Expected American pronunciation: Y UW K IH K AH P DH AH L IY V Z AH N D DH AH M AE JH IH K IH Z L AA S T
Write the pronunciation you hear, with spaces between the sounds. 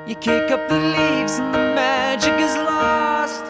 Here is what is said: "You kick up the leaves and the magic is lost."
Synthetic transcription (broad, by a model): Y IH K IH K AH P DH AH L IY V Z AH N DH AH M AE JH IH K IH Z L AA S T